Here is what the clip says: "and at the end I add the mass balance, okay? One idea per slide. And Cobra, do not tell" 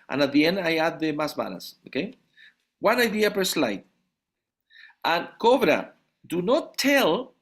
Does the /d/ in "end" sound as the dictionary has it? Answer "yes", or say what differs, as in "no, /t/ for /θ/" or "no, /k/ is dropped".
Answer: no, /d/ is dropped